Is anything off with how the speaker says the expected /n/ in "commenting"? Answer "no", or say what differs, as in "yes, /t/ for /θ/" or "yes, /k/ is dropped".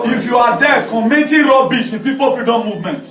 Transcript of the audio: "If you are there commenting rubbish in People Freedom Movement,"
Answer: yes, /n/ is dropped